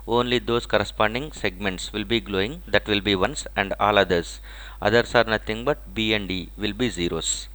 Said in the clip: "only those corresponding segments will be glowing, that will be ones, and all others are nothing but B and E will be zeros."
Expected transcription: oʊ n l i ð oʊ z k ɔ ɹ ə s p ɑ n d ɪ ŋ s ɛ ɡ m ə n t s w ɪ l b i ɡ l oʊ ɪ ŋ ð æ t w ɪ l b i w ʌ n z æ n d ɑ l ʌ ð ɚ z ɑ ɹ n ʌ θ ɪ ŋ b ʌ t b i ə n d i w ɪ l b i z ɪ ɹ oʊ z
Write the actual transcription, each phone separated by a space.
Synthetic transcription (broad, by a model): oʊ n l i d oʊ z k ɔ ɹ ə s p ɑ n d ɪ ŋ s ɛ ɡ m ə n t s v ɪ l b i ɡ l oʊ ɪ ŋ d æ t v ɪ l b i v ʌ n s æ n d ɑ l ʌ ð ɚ s ɑ ɹ n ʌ t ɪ ŋ b ʌ t b i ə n d i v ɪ l b i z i ɹ oʊ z